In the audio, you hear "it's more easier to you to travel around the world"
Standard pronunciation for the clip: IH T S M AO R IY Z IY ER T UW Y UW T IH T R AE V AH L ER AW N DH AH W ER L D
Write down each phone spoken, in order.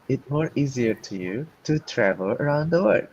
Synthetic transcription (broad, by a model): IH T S M AO R IY Z IY ER T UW Y UW T IH T R AE V AH L ER AW N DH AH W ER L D